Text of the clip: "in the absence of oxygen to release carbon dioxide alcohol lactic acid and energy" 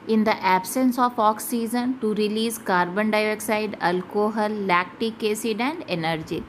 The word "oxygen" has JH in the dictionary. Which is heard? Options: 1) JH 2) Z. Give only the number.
2